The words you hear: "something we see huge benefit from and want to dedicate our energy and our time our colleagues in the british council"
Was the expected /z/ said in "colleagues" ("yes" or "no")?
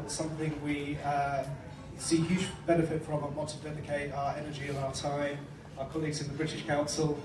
yes